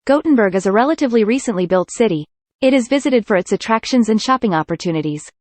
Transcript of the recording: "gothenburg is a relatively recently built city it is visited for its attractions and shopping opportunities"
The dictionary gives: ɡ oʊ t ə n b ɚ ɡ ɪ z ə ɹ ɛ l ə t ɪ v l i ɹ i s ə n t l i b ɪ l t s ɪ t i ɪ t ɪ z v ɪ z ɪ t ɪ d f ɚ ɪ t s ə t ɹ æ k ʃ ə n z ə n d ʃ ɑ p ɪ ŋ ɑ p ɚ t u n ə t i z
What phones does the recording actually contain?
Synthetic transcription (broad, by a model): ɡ oʊ t n b ɚ ɡ ɪ z ə ɹ ɛ l ə t ɪ v l i ɹ i s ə n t l i b ɪ l t s ɪ t i ɪ t ɪ z v ɪ z ɪ t ɪ d f ɚ ɪ t s ə t ɹ æ k ʃ ə n z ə n ʃ ɑ p ɪ ŋ ɑ p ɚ t u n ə t i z